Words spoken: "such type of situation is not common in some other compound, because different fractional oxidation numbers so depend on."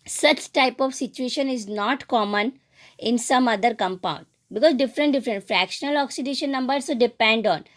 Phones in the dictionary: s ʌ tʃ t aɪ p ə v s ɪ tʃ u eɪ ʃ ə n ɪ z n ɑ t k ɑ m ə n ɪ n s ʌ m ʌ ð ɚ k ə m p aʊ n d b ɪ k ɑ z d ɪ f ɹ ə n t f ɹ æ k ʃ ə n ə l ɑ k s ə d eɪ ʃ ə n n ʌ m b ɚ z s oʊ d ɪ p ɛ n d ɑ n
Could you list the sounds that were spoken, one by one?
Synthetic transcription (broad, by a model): s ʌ tʃ t aɪ p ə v s ɪ tʃ u eɪ ʃ ə n ɪ z n ɑ t k ɑ m ə n ɪ n s ʌ m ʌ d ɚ k ə m p aʊ n d b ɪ k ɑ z d ɪ f ɹ ə n t f ɹ æ k ʃ ə n ə l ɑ k s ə d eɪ ʃ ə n n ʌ m b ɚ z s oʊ d ɪ p ɛ n d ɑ n